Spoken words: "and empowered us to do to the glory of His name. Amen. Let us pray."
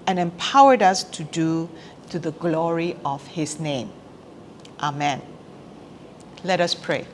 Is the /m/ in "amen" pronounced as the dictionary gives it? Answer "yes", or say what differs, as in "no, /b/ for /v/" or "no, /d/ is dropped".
yes